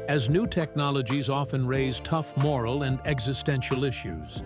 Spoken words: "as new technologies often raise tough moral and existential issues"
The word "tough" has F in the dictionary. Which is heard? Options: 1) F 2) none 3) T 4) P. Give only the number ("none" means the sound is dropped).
1